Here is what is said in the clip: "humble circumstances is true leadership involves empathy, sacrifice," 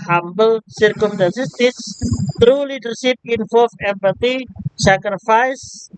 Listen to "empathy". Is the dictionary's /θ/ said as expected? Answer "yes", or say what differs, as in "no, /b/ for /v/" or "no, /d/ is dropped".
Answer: no, /t/ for /θ/